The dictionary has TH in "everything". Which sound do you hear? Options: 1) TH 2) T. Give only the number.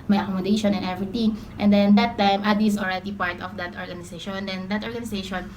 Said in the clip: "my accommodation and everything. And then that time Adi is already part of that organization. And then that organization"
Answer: 2